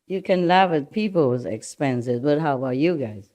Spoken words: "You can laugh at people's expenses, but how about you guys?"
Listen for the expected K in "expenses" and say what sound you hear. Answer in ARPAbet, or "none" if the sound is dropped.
K